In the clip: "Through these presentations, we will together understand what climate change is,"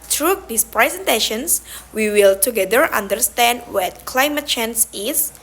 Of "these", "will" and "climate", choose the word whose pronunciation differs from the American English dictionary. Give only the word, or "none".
these